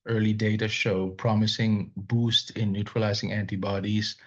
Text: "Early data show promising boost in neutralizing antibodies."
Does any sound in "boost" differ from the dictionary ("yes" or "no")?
no